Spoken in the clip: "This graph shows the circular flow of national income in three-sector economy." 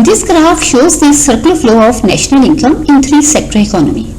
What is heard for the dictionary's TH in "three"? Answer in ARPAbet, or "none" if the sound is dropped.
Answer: T